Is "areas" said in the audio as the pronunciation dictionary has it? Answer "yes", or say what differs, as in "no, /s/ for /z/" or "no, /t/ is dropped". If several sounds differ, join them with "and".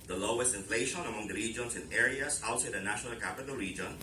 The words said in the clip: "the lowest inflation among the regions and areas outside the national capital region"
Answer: no, /s/ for /z/